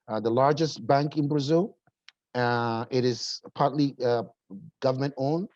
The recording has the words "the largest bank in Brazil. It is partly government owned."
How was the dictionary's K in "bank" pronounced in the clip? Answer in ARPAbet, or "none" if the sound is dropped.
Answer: K